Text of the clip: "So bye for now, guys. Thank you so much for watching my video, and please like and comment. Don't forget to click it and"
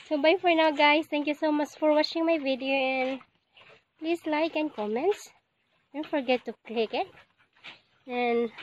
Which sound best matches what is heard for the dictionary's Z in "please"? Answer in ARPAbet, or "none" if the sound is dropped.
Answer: S